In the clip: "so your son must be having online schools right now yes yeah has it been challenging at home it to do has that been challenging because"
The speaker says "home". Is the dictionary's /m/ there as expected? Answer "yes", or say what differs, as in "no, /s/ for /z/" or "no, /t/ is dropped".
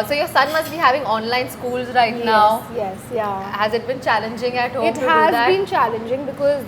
no, /m/ is dropped